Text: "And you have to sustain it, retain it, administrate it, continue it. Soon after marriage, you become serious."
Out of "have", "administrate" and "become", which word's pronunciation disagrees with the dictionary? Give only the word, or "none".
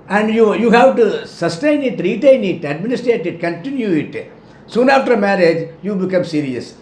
none